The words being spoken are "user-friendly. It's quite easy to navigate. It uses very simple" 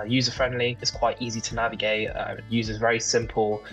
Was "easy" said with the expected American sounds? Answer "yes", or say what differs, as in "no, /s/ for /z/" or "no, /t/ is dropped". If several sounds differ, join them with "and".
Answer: yes